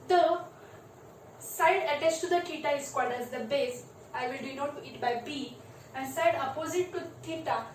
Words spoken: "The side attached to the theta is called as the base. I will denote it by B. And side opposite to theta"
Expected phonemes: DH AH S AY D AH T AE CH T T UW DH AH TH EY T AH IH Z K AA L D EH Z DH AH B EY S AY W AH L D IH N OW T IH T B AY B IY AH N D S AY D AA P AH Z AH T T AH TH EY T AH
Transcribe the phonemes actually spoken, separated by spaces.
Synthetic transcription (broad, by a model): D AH S AY D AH T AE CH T T UW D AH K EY T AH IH S K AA D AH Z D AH B EY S AY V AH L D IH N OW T IH T B AY B IY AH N S AY D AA P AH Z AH T T AH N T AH